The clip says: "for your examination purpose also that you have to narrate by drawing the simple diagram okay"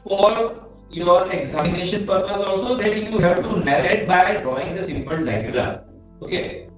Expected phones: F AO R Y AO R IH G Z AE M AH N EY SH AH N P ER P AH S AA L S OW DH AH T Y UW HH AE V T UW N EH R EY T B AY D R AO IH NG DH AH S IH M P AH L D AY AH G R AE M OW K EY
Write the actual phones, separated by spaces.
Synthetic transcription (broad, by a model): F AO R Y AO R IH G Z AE M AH N EY SH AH N P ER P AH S AA L S OW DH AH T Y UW HH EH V T UW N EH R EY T B AY D R AO IH NG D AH S IH M P AH L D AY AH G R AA OW K EY